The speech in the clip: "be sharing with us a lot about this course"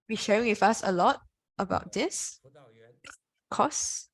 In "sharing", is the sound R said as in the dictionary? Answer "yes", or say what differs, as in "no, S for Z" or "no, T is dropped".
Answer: no, R is dropped